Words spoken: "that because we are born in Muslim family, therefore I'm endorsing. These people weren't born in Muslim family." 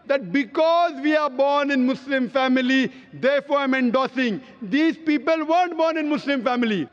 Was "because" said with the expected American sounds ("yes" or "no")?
yes